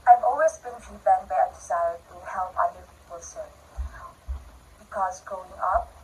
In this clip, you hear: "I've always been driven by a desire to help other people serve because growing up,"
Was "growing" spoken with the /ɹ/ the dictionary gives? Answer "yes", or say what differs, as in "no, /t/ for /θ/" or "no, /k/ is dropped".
no, /ɹ/ is dropped